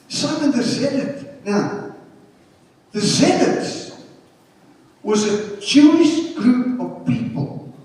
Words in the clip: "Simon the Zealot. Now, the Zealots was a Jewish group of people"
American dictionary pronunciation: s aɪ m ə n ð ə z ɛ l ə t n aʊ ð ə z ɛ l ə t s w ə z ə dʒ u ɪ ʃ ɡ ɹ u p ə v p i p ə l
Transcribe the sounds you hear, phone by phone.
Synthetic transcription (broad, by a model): s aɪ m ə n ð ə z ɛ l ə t n aʊ ð ə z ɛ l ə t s w ə z ə tʃ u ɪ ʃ ɡ ɹ u p ə v p i p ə l